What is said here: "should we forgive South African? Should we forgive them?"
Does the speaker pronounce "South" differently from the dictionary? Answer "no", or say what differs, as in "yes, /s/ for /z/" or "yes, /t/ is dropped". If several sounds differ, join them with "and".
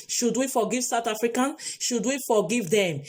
yes, /t/ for /θ/